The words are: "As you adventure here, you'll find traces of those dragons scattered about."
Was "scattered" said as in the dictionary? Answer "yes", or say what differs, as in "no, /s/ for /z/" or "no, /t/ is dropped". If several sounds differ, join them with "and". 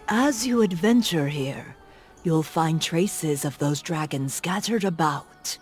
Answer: yes